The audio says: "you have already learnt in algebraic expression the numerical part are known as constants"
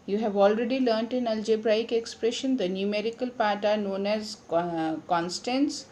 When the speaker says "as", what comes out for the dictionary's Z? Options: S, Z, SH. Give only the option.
Z